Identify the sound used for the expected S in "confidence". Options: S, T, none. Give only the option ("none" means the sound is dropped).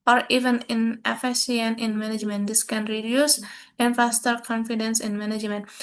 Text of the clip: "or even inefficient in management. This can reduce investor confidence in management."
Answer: S